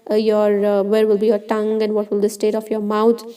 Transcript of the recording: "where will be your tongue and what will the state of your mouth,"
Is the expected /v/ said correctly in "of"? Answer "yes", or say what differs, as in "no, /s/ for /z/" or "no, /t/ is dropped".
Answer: no, /f/ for /v/